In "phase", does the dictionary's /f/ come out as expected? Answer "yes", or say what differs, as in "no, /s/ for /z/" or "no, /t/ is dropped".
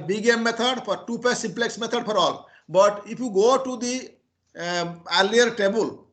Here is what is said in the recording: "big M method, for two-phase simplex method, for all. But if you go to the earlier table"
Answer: no, /p/ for /f/